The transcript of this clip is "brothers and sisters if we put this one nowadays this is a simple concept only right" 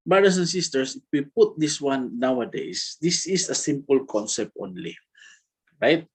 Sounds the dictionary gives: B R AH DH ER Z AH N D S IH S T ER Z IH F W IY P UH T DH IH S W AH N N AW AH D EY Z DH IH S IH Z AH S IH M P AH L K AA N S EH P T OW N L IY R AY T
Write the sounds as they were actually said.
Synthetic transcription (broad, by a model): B R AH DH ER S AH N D S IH S T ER S IH F W IY P UH T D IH S W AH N N AW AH D EY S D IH S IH S AH S IH M P AH L K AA N S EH P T OW N L IY R AY T